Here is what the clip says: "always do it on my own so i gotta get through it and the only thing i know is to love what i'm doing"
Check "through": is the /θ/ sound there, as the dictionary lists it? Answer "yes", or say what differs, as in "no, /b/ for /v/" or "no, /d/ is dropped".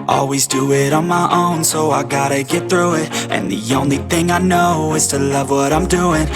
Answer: yes